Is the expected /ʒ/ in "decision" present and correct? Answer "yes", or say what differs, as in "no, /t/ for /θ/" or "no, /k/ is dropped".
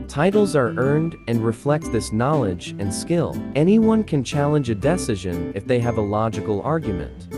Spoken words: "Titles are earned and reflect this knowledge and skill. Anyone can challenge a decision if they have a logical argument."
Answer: yes